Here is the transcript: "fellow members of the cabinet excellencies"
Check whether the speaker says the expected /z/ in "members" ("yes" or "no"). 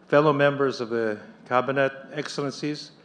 yes